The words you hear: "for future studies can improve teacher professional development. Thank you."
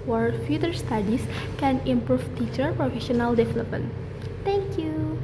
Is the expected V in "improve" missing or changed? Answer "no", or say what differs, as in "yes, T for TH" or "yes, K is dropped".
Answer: yes, F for V